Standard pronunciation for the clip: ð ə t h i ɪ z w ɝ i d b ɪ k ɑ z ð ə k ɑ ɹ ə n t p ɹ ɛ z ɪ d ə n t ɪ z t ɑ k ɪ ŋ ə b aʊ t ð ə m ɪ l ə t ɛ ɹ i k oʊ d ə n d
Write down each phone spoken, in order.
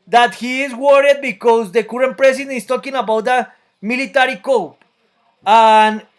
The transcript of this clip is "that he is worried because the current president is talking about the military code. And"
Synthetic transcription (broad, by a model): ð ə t h i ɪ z w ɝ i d b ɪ k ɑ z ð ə k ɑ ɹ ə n p ɹ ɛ s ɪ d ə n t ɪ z t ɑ k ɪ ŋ ə b aʊ t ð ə m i l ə t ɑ ɹ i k oʊ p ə n